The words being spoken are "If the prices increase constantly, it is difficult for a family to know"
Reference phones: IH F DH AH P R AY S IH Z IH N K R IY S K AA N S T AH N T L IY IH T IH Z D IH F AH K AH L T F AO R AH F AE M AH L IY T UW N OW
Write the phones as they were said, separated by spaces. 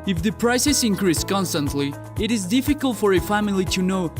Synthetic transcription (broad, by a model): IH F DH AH P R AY S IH S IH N K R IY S K AA N S T AH N T L IY IH T IH Z D IH F AH K AH L T F AO R AH F AE M AH L IY T UW N OW